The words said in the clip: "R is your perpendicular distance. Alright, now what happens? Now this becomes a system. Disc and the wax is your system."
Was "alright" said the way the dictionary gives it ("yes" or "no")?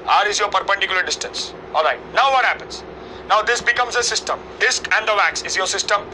yes